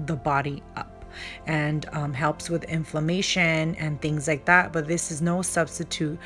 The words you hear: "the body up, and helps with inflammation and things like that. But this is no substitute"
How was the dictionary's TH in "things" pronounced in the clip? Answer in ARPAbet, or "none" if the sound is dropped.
TH